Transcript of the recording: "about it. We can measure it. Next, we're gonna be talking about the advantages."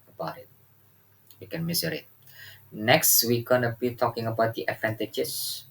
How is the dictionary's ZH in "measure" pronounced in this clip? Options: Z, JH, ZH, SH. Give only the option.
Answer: Z